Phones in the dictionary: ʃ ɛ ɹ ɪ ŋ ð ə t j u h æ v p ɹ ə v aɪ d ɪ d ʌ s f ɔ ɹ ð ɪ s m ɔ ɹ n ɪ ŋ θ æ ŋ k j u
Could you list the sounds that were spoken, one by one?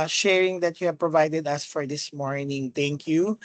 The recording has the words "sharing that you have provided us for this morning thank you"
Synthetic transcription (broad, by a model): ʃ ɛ ɹ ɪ ŋ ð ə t j u h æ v p ɹ ə v aɪ d ɪ d ʌ s f ɔ ɹ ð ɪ s m ɔ ɹ n ɪ ŋ t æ ŋ k j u